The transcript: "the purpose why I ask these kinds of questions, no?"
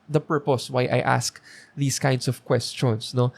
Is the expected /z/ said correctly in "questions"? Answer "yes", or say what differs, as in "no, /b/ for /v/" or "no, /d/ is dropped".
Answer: no, /s/ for /z/